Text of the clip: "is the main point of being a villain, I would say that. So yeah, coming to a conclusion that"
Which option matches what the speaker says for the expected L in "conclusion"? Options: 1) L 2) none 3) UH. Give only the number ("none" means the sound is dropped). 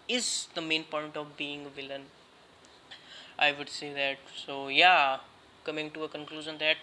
1